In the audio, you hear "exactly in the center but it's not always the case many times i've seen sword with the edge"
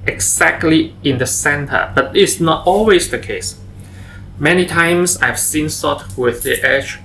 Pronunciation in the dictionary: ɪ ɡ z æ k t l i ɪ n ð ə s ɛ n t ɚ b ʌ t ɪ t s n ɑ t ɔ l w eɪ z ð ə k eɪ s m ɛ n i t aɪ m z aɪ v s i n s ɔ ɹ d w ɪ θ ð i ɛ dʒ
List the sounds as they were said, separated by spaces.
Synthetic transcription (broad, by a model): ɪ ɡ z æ k t l i ɪ n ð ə s ɛ n t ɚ b ʌ t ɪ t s n ɑ t ɔ l w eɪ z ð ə k eɪ s m ɛ n i t aɪ m s aɪ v s i n s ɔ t w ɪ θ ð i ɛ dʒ